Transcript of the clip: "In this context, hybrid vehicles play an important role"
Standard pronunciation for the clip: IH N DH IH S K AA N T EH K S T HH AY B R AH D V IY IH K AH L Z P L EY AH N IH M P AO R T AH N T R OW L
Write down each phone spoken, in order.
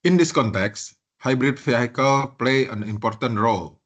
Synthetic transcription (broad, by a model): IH N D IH S K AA N T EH K S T HH AY B R AH D F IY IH K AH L P L EY AH N IH M P AO R T AH N T R OW L